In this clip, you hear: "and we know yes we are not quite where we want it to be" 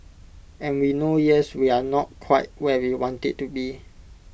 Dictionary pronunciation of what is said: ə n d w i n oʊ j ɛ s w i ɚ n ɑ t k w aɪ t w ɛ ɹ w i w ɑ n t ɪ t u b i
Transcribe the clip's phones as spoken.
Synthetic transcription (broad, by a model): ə n w i n oʊ j ɛ s w i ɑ n ɑ t k w aɪ t w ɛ w i w ɑ n t ɪ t u b i